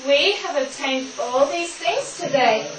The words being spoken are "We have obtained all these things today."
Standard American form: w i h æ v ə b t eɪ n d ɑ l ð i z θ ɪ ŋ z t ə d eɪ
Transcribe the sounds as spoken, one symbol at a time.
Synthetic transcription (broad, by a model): w i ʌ v ə b t eɪ n d ɑ l ð i z θ ɪ ŋ z t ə d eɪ